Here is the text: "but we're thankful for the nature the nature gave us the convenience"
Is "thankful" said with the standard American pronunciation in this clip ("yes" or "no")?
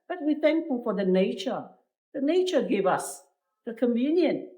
yes